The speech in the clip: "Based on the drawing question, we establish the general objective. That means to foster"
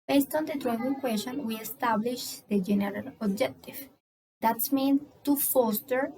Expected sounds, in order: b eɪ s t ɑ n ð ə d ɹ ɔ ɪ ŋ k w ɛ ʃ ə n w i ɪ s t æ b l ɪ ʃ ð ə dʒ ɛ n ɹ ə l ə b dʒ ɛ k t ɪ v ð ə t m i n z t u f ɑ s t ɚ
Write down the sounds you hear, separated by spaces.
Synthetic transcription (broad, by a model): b eɪ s t ɑ n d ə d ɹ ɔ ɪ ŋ k w ɛ ʃ ə n w i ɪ s t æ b l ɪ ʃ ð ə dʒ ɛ n ɹ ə l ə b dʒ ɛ k t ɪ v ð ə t m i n t u f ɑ s t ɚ